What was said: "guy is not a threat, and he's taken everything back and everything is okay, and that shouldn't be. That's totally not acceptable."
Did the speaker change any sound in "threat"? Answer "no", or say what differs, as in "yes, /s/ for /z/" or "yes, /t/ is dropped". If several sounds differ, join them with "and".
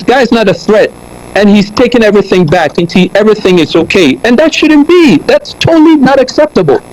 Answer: no